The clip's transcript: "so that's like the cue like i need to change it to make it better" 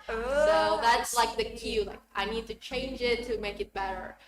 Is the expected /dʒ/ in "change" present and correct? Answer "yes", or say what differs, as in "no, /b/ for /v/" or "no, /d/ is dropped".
yes